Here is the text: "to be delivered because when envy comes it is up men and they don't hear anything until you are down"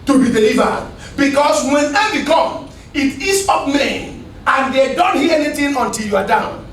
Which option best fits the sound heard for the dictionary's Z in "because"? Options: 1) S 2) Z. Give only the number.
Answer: 1